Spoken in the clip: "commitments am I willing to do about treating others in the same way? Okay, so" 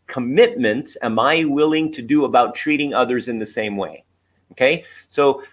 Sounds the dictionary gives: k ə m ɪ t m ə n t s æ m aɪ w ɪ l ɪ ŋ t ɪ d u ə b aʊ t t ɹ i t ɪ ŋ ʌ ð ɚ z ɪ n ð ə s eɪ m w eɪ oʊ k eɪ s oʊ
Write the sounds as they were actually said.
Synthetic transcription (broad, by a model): k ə m ɪ t m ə n t s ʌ m aɪ w ɪ l ɪ ŋ t ɪ d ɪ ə b aʊ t t ɹ i t ɪ ŋ ʌ ð ɚ z ɪ n ð ə s eɪ m w eɪ oʊ k eɪ s oʊ